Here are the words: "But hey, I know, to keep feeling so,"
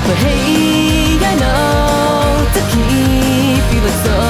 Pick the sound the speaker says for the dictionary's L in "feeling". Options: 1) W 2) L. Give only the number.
1